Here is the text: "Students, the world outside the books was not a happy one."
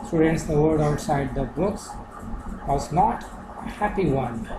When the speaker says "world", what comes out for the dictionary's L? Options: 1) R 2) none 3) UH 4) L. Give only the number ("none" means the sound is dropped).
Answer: 2